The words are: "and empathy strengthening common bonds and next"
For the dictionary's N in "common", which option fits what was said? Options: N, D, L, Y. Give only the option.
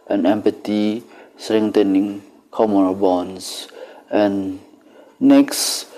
L